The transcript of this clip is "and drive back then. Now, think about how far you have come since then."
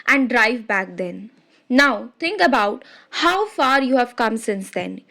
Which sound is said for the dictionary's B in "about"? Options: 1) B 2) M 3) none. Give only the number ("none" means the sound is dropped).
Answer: 1